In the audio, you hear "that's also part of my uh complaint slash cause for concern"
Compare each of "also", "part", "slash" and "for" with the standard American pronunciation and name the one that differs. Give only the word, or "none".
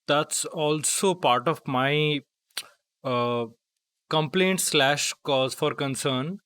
none